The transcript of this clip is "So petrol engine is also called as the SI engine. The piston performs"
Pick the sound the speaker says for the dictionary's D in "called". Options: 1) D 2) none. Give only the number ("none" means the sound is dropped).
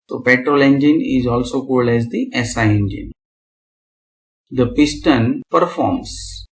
1